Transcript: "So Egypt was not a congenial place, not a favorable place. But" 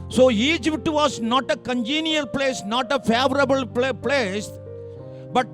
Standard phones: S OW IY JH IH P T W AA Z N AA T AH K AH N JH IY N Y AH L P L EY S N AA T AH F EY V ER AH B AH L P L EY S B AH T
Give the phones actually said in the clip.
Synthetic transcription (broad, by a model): S OW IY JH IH T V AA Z N AA T AH K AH N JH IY N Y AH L P L EY S N AA T AH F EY V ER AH B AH L P L EY S B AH T